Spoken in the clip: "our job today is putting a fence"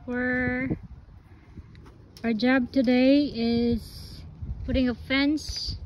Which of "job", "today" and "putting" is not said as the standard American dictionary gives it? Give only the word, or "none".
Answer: none